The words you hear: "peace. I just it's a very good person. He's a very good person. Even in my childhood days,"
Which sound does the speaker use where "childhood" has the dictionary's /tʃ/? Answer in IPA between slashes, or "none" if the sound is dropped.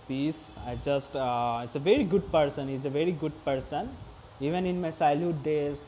/s/